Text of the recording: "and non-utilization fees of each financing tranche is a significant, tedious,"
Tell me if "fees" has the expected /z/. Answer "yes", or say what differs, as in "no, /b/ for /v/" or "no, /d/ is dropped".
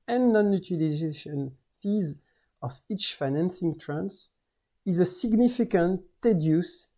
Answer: yes